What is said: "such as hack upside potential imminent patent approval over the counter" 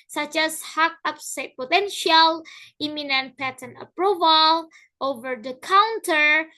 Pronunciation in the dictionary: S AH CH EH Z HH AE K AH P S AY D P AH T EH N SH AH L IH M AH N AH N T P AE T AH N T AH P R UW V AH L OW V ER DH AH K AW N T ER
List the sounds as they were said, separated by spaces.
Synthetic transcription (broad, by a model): S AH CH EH S HH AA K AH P S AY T P AH T EH N SH AH L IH M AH N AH N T P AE T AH N AH P R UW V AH L OW V ER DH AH K AW N T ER